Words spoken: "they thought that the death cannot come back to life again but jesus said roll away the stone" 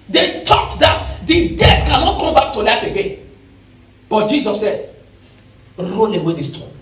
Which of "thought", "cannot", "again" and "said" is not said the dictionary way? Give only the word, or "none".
thought